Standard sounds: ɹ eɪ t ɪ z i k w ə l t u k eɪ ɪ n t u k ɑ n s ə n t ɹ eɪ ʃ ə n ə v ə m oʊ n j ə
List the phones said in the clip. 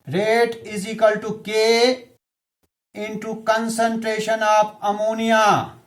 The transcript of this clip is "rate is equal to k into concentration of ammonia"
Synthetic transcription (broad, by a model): ɹ eɪ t ɪ z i k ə l t u k eɪ ɪ n t u k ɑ n s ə n t ɹ eɪ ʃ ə n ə p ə m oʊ n j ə